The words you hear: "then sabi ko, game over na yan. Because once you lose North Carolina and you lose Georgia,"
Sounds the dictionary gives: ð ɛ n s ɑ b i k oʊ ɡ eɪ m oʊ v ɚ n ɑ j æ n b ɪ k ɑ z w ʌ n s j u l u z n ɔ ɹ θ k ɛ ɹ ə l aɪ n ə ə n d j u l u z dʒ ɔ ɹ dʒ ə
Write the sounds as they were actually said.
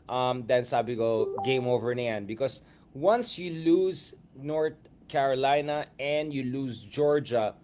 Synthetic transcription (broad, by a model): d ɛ n s ɑ b i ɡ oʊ ɡ eɪ m oʊ v ɚ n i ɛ n b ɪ k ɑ s w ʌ n s j u l u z n ɔ ɹ t k ɛ ɹ ə l aɪ n ə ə n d j u l u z dʒ ɔ ɹ dʒ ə